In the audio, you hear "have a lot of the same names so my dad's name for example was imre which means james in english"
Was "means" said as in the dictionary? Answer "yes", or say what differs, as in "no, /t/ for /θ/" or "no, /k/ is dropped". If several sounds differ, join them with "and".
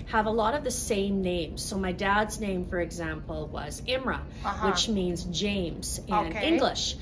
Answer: yes